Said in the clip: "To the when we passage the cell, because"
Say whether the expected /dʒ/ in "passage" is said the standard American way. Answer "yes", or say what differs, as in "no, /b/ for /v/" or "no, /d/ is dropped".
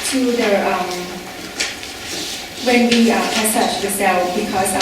no, /tʃ/ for /dʒ/